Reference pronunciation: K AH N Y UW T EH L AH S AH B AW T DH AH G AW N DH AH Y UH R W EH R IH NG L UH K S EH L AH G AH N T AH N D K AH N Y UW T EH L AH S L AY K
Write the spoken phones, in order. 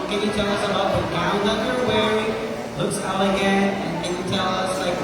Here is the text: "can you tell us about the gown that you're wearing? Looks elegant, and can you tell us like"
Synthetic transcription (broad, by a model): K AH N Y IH T EH L AH S AH B AW T DH AH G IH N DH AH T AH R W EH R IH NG L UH K S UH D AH G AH N AH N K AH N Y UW T EH L AH S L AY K